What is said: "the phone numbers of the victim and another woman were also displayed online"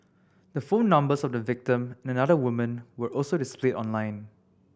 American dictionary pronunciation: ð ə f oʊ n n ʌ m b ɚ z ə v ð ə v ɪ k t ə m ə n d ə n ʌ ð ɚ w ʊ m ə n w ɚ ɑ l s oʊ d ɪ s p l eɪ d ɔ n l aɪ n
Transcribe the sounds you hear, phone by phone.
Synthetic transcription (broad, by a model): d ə f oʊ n n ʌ m b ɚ s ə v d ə v ɪ k t ə m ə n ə n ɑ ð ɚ w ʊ m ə n w ɚ ɑ l s oʊ d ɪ s p l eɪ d ɔ n l aɪ n